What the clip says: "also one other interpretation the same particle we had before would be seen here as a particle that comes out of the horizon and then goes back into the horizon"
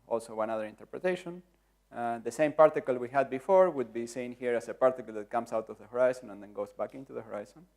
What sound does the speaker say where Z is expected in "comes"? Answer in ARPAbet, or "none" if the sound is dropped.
S